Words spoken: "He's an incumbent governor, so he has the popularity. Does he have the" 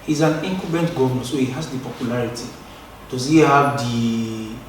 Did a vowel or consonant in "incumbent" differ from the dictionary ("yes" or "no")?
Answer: yes